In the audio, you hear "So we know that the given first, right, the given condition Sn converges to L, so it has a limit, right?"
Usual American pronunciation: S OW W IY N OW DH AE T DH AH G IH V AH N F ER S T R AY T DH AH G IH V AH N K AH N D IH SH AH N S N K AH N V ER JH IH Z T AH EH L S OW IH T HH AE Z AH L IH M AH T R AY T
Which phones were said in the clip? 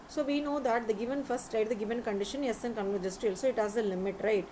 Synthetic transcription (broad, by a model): S OW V IY N OW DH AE T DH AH G IH V AH N F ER S T R AY T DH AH G IH V AH N K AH N D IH SH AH N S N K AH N ER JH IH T T AH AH L S OW IH T HH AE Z AH L IH M AH T R AY T